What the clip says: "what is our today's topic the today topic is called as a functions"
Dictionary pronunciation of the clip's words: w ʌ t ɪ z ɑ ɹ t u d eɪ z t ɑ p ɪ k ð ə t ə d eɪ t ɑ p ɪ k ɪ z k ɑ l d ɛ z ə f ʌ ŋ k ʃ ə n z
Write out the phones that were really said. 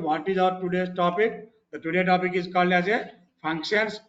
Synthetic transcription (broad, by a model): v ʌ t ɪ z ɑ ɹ t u d eɪ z t ɑ p ɪ k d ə t ə d eɪ t ɑ p ɪ k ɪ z k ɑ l ɑ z ə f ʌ ŋ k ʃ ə n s